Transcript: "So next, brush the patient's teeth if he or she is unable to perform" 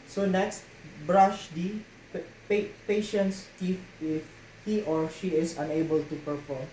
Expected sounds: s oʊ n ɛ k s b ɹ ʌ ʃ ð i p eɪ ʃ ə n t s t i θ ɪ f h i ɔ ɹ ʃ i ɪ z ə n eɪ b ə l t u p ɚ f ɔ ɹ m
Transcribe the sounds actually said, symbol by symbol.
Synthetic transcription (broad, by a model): s oʊ n ɛ k s b ɹ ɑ ʃ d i p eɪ ʃ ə n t s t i f ɪ f h i ɔ ɹ ʃ i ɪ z ə n eɪ b ə l t u p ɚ f ɔ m